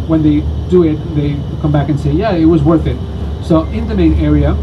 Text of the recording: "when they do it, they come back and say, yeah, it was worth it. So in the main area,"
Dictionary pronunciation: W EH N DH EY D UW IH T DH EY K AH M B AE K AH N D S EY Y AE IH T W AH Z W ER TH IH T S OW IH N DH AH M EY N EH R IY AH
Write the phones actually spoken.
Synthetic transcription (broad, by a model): W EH N DH EY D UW IH T DH EY K AH M B AE K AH N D S EY Y AE IH T W AH Z W ER TH IH T S OW IH N DH AH M EY N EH R IY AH